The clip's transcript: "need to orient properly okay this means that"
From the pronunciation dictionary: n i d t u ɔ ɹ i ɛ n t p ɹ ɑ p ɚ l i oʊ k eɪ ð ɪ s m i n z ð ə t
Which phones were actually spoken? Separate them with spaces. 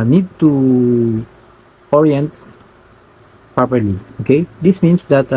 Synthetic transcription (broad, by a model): n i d t u ɔ ɹ i ɛ n t p ɹ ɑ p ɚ l i oʊ k eɪ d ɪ s m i n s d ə t